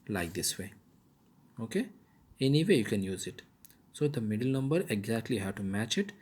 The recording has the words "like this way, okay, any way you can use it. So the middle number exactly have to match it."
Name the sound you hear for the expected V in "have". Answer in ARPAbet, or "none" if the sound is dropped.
W